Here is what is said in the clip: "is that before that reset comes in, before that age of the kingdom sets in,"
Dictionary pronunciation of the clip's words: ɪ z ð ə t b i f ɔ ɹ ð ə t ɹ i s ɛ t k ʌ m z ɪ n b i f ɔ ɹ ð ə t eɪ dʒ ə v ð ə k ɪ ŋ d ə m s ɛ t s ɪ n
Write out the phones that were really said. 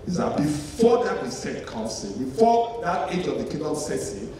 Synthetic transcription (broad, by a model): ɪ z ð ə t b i f ɔ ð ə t w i s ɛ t k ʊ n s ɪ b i f ɔ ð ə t eɪ dʒ ə v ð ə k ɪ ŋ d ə s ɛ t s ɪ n